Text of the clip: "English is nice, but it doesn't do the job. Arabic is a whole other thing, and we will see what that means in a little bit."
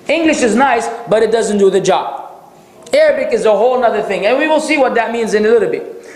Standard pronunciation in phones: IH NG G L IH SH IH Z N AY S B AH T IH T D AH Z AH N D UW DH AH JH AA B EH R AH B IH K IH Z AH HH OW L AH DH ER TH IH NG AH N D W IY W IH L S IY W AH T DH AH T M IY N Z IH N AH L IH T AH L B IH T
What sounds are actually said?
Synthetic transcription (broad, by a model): IH NG G L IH SH IH Z N AY S B AH T IH T D AH Z AH N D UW DH AH JH AA B EH R AH B IH K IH Z AH HH OW L AH DH ER TH IH NG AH N W IY W IH L S IY W AH T DH AH T M IY N Z IH N AH L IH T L B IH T